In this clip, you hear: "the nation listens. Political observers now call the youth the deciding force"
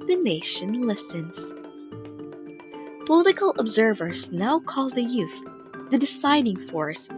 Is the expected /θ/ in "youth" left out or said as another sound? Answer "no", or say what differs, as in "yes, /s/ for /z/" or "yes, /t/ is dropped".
no